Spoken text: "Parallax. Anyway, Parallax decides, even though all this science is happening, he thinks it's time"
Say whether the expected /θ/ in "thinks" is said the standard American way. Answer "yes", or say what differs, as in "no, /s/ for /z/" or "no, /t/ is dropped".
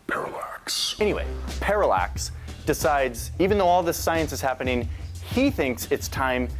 yes